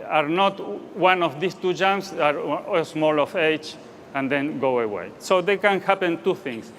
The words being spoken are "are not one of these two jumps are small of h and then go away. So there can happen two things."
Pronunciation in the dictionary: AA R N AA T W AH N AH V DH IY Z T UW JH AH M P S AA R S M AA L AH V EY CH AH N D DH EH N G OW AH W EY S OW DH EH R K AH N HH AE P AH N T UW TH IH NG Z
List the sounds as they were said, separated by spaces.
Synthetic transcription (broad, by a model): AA R N AA T W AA N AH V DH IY S T UW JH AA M S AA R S M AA L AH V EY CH AH N D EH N G OW AH W EY S OW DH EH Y K AH N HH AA P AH N T UW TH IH NG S